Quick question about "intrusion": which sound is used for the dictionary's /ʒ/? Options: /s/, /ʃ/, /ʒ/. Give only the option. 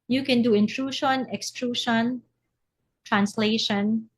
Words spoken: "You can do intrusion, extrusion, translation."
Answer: /ʃ/